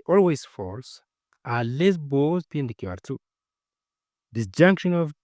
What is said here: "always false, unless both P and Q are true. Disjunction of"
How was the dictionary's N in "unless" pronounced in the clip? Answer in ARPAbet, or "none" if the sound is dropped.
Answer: none